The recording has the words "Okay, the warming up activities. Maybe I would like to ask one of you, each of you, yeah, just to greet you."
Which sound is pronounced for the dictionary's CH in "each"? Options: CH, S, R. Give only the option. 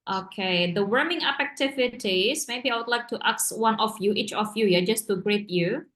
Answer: CH